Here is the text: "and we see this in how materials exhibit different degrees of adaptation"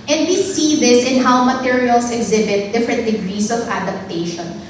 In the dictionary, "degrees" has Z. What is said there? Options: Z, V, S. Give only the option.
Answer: S